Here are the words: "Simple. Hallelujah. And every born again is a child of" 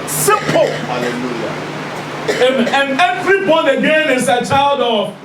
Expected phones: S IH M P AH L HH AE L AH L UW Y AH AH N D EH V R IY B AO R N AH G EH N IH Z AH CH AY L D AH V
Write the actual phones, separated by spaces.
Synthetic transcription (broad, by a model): S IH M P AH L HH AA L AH L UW Y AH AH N EH V R IY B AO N AH G EH N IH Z AH CH AY L D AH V